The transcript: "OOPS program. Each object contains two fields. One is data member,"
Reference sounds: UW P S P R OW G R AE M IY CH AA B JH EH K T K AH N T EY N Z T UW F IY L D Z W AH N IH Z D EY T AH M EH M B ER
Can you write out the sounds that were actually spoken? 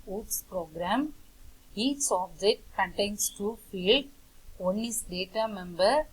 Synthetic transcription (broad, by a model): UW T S P R OW G R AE M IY S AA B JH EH T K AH N T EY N S T UW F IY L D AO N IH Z D EY T AH M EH M B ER